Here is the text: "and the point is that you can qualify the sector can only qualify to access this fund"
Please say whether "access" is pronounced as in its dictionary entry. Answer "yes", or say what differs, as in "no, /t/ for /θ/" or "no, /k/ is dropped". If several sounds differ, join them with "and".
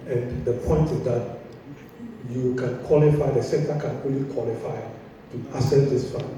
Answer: no, /k/ is dropped